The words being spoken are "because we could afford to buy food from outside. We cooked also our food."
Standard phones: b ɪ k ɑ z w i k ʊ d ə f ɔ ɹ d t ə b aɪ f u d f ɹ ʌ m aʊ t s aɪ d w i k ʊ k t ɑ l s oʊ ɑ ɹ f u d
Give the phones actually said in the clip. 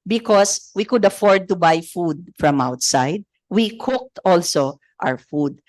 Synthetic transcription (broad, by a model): b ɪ k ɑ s w i k ʊ d ə f ɔ ɹ d t ə b aɪ f u d f ɹ ʌ m aʊ t s aɪ d w i k ʊ k t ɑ l s oʊ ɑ w f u d